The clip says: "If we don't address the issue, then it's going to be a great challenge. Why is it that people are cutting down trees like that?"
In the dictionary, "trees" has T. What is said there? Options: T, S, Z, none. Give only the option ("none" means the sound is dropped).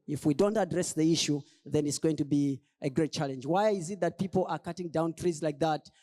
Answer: T